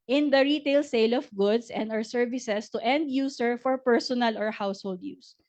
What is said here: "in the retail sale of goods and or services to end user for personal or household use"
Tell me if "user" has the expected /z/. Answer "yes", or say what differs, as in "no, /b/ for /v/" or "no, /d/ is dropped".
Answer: no, /s/ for /z/